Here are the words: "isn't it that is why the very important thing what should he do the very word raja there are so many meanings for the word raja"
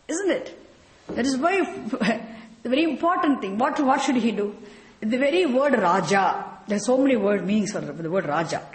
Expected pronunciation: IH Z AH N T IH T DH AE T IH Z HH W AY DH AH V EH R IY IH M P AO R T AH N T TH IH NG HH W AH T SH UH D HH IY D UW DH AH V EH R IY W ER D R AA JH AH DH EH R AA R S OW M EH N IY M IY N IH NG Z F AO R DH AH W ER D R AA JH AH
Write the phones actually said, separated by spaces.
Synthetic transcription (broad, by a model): IH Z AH N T IH T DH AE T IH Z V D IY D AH V EH R IY IH M P AO R T AH N T T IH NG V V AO T SH UH D HH IY D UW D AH V EH R IY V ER D R AA JH AH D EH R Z S OW M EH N IY M IY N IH NG S F AO R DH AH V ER D R AA JH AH